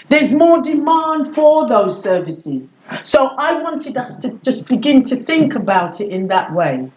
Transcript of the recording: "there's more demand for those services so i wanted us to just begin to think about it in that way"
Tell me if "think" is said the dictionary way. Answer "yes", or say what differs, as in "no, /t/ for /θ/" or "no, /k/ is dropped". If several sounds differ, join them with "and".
yes